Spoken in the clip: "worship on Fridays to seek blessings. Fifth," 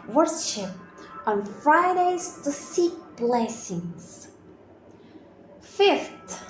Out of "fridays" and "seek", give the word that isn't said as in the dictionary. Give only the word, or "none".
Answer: none